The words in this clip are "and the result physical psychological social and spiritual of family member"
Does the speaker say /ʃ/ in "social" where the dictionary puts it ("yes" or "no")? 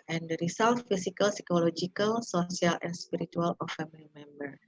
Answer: no